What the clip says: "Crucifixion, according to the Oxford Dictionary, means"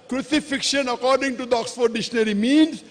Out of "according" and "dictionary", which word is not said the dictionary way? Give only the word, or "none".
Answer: dictionary